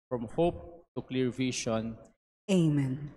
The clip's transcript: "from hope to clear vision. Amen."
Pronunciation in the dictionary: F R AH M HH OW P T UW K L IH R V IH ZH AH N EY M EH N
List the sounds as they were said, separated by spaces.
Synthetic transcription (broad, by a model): F R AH M HH OW P T UW K L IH R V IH SH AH N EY M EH N